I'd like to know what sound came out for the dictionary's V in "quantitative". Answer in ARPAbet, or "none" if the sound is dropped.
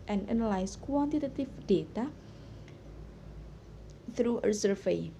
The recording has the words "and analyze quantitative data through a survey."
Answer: F